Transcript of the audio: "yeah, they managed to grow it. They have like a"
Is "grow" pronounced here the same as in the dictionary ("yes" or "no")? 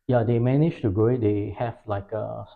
no